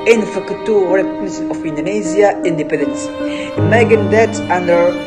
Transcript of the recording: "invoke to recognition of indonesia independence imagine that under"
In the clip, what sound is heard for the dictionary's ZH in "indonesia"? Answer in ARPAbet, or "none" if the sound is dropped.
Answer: Z